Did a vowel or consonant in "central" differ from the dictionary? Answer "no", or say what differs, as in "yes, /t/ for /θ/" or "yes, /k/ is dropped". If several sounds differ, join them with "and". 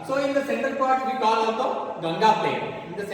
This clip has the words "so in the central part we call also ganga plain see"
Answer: yes, /ɹ/ is dropped